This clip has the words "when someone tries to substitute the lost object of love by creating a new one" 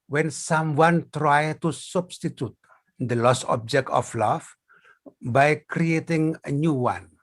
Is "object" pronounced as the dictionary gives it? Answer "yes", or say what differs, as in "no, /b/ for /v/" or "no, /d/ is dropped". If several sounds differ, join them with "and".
yes